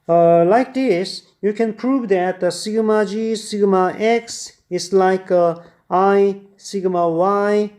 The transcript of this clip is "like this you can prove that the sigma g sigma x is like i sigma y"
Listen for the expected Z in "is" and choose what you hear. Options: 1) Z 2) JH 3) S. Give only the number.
3